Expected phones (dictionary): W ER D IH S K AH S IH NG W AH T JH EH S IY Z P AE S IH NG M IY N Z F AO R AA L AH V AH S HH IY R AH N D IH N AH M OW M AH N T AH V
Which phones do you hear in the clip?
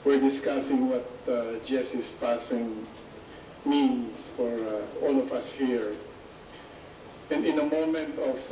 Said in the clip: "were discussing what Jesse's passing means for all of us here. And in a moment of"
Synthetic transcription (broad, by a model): W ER D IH S K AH S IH NG W AH T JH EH S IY S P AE S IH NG M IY N S F AO R AA L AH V AH S HH IY R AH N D IH N AH M OW M AH N T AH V